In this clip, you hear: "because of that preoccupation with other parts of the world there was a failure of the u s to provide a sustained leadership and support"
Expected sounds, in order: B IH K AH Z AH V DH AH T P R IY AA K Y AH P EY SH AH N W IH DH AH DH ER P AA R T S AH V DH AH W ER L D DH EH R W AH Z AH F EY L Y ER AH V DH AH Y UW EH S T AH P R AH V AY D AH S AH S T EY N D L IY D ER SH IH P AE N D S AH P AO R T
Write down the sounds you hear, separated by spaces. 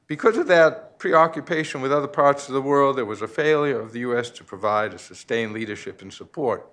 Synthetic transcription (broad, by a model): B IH K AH Z AH V DH AH T P R IY AA K Y AH P EY SH AH N W IH DH AH DH ER P AA R T S AH V DH AH W ER L D DH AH R W AH Z AH F EY L Y ER AH V DH AH Y UW EH S T AH P R AH V AY D AH S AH S T EY N L IY D ER SH IH P N S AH P AO R T